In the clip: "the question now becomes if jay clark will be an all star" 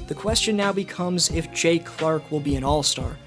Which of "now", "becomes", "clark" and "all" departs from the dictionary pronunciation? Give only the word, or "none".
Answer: none